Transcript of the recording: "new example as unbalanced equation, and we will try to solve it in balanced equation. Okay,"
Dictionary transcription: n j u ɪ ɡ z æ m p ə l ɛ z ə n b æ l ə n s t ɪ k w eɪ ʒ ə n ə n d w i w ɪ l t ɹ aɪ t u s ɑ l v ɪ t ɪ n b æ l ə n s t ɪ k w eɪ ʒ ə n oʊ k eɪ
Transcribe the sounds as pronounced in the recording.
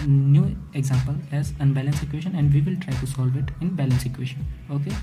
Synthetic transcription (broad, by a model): n j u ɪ ɡ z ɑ m p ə l ɛ z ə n b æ l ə n s ɪ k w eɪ ʃ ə n ə n d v i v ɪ l t ɹ aɪ t u s ɑ l v ɪ t ɪ n b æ l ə n s ɪ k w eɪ ʃ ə n oʊ k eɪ